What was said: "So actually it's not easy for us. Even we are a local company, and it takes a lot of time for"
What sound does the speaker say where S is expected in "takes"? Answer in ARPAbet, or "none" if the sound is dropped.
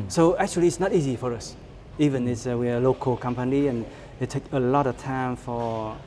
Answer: none